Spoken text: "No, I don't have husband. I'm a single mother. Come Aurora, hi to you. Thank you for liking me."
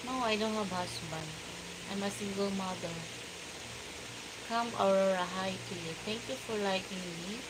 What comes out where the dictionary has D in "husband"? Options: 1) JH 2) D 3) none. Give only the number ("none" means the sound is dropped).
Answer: 3